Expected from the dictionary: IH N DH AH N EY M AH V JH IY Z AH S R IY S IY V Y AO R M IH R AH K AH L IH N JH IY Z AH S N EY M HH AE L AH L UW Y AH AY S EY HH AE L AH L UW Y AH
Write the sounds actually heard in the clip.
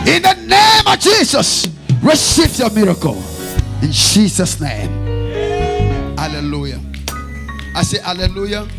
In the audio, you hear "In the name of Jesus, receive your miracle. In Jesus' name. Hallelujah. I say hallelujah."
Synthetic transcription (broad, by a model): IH N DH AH N EY M AH V JH IY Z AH S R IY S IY F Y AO M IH R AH K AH L IH N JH IY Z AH S N EY M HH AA L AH L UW Y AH AY S EY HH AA L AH L UW Y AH